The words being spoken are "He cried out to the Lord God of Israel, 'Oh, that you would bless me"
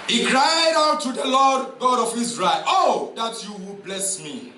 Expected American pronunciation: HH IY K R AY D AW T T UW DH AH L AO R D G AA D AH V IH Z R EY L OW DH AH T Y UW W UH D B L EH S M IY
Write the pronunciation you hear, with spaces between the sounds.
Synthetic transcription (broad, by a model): HH IY K R AY D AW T T UW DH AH L AO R D G AA D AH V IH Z R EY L OW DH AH T Y UW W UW B L EH S M IY